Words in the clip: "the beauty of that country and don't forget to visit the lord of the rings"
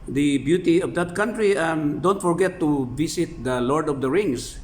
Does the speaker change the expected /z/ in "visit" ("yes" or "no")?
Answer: yes